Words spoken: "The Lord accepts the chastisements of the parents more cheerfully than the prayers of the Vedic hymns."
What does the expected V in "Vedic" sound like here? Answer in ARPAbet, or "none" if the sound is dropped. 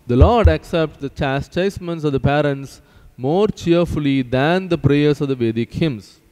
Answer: V